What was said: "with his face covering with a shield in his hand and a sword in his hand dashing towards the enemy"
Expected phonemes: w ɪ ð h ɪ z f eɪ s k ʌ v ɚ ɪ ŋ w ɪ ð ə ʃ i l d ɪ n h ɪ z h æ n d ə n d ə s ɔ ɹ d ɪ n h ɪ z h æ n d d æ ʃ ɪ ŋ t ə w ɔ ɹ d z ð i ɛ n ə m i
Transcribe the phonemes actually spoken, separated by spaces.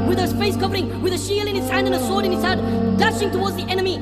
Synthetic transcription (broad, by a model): w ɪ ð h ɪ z f eɪ s k ʌ v ɚ ɪ ŋ w ɪ ð ə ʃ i l ɪ n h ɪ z h æ n d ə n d ə s ɔ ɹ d ɪ n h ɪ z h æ d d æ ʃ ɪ ŋ t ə w ɔ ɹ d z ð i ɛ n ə m i